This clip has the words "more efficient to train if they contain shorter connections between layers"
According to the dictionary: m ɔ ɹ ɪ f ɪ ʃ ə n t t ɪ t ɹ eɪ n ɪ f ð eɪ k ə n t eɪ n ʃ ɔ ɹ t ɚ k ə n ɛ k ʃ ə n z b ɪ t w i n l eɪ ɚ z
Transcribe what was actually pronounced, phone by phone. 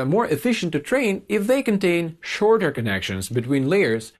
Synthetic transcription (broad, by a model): m ɔ ɹ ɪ f ɪ ʃ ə n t t ɪ t ɹ eɪ n ɪ f ð eɪ k ə n t eɪ n ʃ ɔ ɹ t ɚ k ə n ɛ k ʃ ə n z b ɪ t w i n l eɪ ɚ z